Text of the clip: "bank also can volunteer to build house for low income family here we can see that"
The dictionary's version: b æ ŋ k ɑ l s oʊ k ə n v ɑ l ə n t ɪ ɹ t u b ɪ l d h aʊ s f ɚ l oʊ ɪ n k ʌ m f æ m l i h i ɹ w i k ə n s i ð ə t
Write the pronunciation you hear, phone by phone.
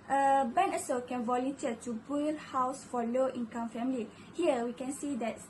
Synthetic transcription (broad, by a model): b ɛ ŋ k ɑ s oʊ k ə n v ɑ l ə n t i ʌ t u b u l h aʊ s f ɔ l oʊ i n k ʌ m f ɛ m l i h i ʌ w i k ə n s i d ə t